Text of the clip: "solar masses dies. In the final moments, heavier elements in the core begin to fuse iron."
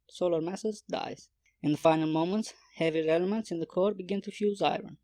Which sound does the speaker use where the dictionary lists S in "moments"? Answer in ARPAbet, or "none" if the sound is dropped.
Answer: S